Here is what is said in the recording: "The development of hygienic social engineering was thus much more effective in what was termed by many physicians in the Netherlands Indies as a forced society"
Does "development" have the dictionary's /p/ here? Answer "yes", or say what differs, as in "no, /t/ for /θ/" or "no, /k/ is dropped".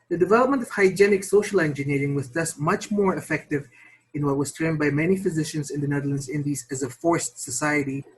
yes